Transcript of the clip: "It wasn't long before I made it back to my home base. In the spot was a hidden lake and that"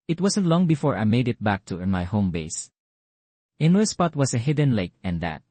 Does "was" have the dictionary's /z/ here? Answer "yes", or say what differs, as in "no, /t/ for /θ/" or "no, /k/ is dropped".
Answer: no, /s/ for /z/